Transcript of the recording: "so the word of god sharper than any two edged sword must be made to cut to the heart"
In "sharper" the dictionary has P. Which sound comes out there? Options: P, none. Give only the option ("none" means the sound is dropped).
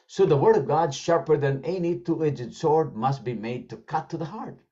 P